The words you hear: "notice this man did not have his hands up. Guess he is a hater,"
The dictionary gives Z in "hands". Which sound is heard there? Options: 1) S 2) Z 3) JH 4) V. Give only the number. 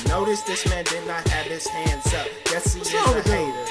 1